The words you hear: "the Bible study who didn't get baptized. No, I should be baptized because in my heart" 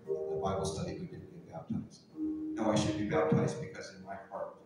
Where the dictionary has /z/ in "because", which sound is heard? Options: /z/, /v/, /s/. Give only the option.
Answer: /z/